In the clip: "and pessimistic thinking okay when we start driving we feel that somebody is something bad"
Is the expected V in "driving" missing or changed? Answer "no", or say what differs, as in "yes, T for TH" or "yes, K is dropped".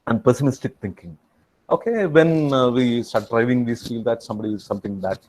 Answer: no